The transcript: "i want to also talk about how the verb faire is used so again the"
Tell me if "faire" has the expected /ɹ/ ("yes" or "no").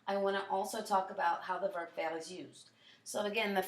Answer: no